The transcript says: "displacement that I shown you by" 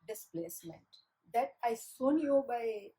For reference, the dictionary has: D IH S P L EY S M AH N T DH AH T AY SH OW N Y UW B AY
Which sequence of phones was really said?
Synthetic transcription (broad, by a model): D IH S P L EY S M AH N T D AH T AY S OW N Y UW B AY